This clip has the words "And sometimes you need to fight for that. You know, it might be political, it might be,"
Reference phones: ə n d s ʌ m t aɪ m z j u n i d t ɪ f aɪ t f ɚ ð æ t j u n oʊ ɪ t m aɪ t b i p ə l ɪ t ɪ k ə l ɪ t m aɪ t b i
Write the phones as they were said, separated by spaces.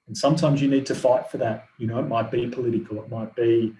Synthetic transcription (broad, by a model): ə n s ʌ m t aɪ m z j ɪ n i d t ɪ f aɪ t f ɚ ð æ t j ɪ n oʊ ɪ t m aɪ t b i p ə l ɪ t ɪ k ə l ɪ t m aɪ t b i